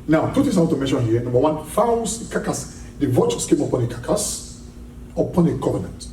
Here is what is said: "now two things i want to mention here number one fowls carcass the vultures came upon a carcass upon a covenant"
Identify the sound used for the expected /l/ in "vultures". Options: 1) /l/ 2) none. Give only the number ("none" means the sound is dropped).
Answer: 2